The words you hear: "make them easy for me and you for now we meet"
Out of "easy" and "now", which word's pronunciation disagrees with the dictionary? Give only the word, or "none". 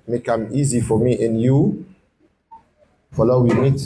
now